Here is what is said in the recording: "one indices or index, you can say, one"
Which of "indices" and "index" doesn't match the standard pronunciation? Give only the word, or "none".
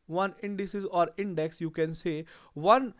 none